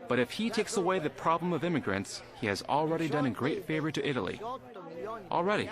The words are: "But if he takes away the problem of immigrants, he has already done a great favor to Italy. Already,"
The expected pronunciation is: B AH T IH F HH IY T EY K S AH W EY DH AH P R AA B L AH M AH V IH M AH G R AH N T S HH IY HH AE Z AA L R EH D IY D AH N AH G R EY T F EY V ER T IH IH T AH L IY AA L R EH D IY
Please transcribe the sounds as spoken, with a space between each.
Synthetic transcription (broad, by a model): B AH T IH F HH IY T EY K S AH W EY DH AH P R AA B L AH M AH V IH M AH G R AH N T S HH IY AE Z L R EH D IY D AH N AH G R EY T F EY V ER T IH IH T L IY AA L R EH D IY